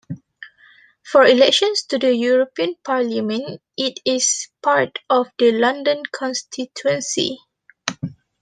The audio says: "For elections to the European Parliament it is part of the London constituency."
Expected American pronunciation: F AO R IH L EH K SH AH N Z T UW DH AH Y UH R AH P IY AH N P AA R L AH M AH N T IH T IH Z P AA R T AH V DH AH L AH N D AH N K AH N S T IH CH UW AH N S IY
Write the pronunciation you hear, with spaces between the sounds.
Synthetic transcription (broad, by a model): F AO R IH L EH K SH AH N S T UW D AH Y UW R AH P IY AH N P AA R L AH M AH N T IH T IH S P AA R T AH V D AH L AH N D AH N K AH N S T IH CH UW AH N S IY